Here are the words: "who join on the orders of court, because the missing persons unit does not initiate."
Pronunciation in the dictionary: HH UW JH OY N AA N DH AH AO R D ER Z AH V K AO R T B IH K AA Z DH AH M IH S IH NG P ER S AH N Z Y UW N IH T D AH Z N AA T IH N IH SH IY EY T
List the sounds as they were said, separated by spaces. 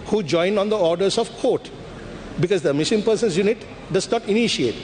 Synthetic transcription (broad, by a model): HH UW JH OY N AA N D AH AO R D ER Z AH V K AO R T B IH K AA Z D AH M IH SH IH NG P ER S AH N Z Y UW N IH T D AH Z N AA T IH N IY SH IY EY T